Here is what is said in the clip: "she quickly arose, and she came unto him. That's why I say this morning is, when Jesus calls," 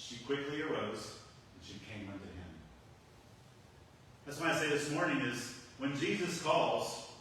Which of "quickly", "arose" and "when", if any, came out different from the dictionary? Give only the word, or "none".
none